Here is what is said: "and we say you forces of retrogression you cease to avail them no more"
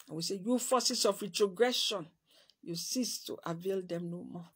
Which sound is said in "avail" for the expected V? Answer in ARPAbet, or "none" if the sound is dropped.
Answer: V